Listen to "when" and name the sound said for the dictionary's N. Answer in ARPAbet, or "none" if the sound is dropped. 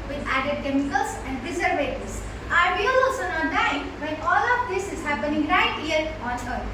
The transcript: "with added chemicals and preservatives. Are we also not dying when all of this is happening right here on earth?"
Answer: none